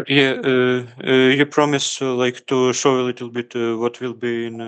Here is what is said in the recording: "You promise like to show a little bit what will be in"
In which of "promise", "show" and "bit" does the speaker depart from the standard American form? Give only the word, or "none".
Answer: none